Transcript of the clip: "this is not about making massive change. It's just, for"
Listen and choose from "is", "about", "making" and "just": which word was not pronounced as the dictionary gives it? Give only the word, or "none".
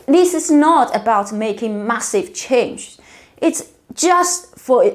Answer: is